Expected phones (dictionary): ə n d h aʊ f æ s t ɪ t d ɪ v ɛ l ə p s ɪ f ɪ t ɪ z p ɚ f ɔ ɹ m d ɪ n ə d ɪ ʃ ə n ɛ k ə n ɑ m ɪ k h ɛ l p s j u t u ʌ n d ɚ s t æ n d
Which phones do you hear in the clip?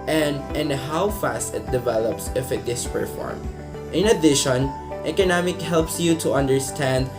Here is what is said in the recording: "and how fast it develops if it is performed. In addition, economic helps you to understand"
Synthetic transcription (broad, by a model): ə n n h aʊ f æ s t ɪ t d ɪ v ɛ l ə p s ɪ f ɪ t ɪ s p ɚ f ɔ ɹ m ɪ n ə d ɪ ʃ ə n ɛ k ə n ɑ m ɪ k h ɛ l p s j u t u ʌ n d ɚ s t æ n d